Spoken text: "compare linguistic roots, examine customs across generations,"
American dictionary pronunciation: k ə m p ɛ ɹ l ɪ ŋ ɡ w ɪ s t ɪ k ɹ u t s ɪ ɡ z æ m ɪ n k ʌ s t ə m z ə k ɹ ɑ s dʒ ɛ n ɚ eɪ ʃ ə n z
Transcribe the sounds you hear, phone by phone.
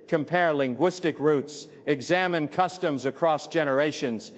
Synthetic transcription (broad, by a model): k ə m p ɛ ɹ l ɪ ŋ ɡ w ɪ s t ɪ k ɹ u t s ɪ ɡ z æ m ɪ n k ʌ s t ə m z ə k ɹ ɑ s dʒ ɛ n ɚ eɪ ʃ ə n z